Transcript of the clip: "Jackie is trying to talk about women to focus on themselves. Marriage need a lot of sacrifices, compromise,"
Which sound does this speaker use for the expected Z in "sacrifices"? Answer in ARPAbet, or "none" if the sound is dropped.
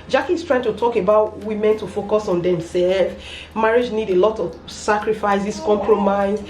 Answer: S